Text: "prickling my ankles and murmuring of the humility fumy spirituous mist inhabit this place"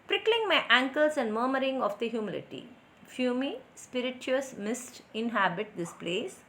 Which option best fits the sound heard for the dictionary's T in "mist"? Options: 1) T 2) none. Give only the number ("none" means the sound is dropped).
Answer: 1